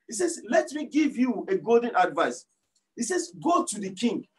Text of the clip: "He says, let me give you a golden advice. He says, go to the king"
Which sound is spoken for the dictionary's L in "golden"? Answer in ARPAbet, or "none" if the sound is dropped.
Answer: L